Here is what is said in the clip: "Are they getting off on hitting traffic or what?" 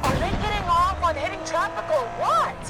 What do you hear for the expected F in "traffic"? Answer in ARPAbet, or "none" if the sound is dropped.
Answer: P